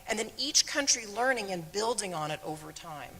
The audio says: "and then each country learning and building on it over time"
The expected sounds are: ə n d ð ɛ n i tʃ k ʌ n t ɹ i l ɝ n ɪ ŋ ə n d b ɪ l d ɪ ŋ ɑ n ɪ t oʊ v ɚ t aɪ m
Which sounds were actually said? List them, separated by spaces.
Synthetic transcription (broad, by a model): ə n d ð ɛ n i tʃ k ʌ n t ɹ i l ɝ n ɪ ŋ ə n b ɪ l d ɪ ŋ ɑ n ɪ t oʊ v ɚ t aɪ m